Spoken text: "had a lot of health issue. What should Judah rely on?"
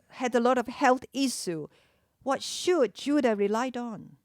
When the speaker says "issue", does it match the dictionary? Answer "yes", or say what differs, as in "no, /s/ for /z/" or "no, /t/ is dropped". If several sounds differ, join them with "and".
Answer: no, /s/ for /ʃ/